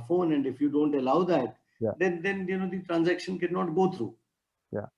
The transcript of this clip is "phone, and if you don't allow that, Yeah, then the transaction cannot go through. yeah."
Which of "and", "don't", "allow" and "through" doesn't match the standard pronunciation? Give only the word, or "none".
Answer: through